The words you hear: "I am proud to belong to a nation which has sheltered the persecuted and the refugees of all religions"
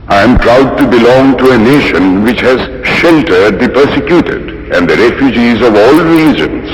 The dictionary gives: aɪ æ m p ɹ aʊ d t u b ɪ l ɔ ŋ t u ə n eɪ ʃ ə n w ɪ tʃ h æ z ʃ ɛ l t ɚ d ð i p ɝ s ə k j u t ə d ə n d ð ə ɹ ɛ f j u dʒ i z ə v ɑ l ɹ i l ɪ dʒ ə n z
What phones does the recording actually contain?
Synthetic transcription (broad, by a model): aɪ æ m p ɹ aʊ d t u b ɪ l ɔ ŋ t u ə n eɪ ʃ ə n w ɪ tʃ h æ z ʃ ɛ l t ɚ d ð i p ɝ s ə k j u t ə d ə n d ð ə ɹ ɛ f j u dʒ i z ə v ɑ l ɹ i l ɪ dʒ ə n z